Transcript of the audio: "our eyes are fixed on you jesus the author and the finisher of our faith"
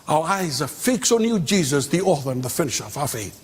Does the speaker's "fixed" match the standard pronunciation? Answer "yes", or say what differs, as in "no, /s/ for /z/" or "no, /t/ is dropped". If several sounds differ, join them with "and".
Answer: no, /t/ is dropped